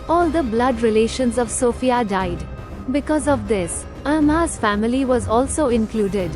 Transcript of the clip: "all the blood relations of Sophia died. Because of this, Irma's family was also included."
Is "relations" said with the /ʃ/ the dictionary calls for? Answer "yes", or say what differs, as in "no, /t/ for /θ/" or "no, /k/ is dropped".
yes